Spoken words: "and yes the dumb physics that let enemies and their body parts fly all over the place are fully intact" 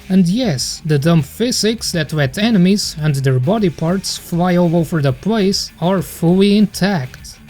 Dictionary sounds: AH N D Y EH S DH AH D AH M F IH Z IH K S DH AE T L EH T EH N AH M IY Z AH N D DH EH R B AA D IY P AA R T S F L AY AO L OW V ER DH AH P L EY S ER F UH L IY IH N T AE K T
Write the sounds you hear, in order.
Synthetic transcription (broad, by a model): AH N D Y EH S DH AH D AH M F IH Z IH K S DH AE T W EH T EH N AH M IY Z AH N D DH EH R B AA D IY P AA R T S F L AY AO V OW V ER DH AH P L EY S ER F UH L IY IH N T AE K T